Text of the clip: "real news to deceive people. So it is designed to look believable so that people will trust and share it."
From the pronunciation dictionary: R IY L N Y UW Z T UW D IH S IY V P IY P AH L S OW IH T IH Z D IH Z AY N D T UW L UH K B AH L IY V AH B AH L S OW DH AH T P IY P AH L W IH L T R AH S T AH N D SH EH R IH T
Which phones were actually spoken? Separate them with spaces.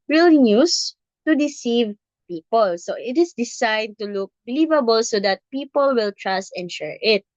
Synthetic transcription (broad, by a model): R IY L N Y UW S T UW D IH S IY V P IY P AH L S OW IH T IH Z D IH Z AY D T UW L UH K B AH L IY V AH B AH L S OW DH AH T P IY P AH L W IH L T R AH S T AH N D SH EH R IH T